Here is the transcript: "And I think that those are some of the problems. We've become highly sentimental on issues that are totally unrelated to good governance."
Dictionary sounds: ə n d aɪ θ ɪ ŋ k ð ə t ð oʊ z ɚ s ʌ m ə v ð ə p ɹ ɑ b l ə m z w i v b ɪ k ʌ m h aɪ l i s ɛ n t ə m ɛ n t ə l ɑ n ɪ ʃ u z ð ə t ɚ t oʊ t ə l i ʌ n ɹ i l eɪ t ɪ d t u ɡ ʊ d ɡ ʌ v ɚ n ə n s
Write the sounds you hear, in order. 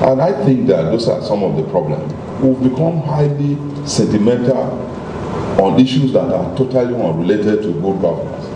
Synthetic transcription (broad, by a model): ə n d aɪ θ ɪ ŋ k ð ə t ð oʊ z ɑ s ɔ m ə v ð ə p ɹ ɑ b l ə m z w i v b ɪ k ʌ m h aɪ l i s ɛ n t ə m ɛ n t ə l ɑ n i ʃ u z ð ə t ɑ t oʊ t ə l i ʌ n ɹ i l eɪ t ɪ d t u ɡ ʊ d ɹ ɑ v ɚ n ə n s